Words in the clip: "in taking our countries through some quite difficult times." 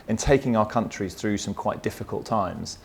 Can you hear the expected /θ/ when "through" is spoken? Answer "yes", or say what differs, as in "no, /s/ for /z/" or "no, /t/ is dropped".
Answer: yes